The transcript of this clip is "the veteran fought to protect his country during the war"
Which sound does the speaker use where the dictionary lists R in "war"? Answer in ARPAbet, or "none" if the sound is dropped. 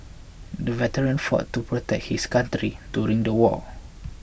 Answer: L